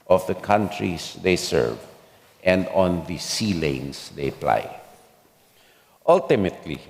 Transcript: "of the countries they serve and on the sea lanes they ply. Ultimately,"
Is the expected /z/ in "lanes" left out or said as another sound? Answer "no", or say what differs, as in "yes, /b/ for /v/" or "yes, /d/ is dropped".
yes, /s/ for /z/